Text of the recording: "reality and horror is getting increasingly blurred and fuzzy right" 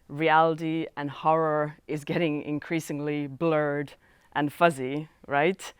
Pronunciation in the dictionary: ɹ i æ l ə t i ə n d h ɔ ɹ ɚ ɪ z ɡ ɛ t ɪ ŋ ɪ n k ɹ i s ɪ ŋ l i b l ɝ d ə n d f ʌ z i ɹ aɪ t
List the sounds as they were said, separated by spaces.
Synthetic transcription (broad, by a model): ɹ i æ l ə t i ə n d h ɔ ɹ ɚ ɪ z ɡ ɛ t ɪ ŋ ɪ n k ɹ i s ɪ ŋ l i b l ɝ d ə n f ʌ z i ɹ aɪ t